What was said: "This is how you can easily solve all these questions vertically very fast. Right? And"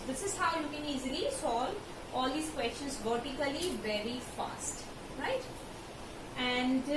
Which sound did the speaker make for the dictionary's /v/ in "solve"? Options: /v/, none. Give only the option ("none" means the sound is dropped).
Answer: none